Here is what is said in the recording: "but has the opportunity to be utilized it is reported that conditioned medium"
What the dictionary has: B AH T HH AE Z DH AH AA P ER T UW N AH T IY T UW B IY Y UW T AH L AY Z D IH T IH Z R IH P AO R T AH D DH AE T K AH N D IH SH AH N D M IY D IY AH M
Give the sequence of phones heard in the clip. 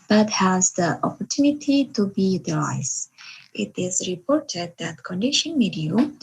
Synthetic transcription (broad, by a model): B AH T HH AE Z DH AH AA P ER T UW N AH T IY T UW B IY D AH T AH IH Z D IH T IH Z R IH P AO R T AH D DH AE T K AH N D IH SH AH N M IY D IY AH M